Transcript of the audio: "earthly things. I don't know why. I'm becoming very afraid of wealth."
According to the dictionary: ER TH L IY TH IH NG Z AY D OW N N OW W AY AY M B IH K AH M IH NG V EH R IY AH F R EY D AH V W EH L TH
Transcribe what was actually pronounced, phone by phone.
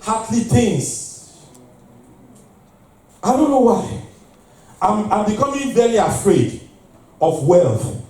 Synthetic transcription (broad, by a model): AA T L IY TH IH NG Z AY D OW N N OW W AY AY M B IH K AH M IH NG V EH L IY AH F R EY D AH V W EH L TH